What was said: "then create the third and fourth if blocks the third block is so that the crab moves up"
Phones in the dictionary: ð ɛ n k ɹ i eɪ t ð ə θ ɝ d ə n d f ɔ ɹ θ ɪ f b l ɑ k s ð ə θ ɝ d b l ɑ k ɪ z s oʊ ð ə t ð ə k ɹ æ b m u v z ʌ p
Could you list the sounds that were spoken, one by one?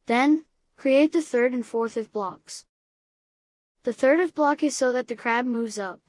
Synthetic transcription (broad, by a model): ð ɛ n k ɹ i eɪ t ð ə θ ɝ d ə n f ɔ ɹ θ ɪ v b l ɑ k s ð ə θ ɝ d b l ɑ k ɪ z s oʊ ð ə t ð ə k ɹ æ b m u v z ʌ p